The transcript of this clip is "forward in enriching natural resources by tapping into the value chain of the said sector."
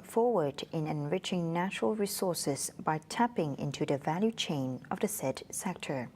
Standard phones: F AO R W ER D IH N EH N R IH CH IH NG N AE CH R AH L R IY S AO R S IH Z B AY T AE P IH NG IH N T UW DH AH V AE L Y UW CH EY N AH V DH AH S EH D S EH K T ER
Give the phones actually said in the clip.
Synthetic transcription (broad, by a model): F AO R W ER D IH N EH N R IH CH IH NG N AE CH R AH L R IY S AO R S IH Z B AY T AE P IH NG IH N T UW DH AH V AE L Y UW CH EY N AH V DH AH S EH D S EH K T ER